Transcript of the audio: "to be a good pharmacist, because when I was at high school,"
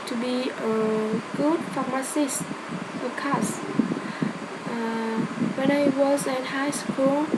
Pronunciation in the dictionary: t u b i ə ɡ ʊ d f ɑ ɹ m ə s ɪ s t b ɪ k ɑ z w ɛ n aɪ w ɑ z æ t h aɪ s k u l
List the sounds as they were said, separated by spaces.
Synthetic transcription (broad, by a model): t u b i ə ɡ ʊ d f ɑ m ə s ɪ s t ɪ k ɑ s w ɛ n aɪ w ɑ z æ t h aɪ s k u l